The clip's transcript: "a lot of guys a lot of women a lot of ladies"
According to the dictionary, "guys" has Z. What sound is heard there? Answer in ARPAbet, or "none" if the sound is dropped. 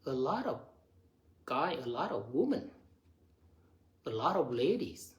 none